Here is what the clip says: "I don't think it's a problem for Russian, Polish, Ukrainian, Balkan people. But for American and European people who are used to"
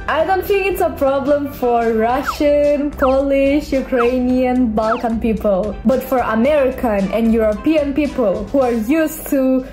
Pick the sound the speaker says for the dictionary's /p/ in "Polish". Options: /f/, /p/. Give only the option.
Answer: /p/